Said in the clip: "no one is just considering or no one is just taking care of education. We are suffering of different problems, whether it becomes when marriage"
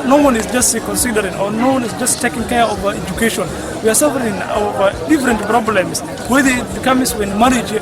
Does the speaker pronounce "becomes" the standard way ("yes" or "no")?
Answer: no